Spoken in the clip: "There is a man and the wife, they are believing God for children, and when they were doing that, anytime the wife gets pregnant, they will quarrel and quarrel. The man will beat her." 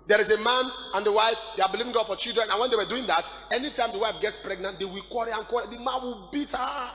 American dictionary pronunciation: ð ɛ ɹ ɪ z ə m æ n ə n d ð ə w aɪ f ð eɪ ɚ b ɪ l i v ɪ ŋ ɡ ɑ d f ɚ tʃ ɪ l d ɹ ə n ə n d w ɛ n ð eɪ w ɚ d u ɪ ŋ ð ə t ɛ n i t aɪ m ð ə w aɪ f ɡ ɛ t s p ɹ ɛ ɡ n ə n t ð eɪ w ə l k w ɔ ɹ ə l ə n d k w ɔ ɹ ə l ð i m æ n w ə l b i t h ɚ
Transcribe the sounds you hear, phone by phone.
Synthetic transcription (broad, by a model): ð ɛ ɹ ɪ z ə m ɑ n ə n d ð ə w aɪ f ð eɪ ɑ b ɪ l i v ɪ ŋ ɡ ɑ d f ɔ tʃ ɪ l d ɹ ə n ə n w ɛ n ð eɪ w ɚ d u ɪ ŋ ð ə t ɛ n i t aɪ m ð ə w aɪ f ɡ ɛ t s p ɹ ɛ ɡ n ə n t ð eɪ w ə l k w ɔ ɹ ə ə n k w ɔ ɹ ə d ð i m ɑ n w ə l b i t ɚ